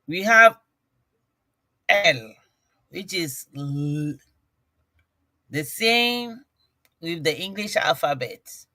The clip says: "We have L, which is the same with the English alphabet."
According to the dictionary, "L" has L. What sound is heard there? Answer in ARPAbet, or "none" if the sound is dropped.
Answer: L